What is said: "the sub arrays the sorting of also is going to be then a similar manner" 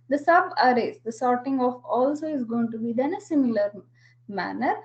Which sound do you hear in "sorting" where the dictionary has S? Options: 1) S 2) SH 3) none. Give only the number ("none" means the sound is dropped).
1